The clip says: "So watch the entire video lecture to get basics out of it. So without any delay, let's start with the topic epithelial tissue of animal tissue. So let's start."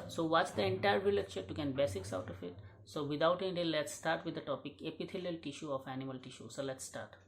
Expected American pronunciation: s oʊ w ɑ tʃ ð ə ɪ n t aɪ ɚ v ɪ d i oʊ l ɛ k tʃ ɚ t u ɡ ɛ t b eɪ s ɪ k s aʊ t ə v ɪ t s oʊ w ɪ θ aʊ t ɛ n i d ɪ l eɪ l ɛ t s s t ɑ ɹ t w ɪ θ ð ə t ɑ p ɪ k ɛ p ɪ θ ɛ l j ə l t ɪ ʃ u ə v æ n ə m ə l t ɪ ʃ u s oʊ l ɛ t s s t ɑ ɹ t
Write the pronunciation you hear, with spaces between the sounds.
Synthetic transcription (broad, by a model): s oʊ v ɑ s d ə ɪ n t aɪ ɚ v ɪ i l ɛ tʃ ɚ t u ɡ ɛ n b eɪ s ɪ k s aʊ t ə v ɪ t s oʊ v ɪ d aʊ t ɛ n i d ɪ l l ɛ t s s t ɑ ɹ t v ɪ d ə t ɑ p ɪ k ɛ p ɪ t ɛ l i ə l t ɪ ʃ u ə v æ n ə m ə l t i ʃ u s oʊ l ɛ t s s t ɑ ɹ t